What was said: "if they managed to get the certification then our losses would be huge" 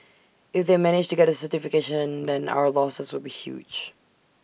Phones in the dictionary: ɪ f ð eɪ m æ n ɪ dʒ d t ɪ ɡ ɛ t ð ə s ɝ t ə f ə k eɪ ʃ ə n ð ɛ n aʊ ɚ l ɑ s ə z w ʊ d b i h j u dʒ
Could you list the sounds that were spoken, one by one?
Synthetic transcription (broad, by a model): ɪ f ð eɪ m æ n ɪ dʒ t ɪ ɡ ɛ t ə s ɝ t ə f ə k eɪ ʃ ə n ð ɛ n aʊ ɚ l ɑ s ə z w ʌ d b i h j u dʒ